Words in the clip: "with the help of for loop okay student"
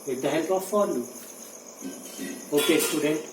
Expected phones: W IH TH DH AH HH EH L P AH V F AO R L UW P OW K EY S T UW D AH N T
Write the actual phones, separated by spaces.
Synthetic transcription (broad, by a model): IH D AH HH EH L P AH F AO R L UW OW K EY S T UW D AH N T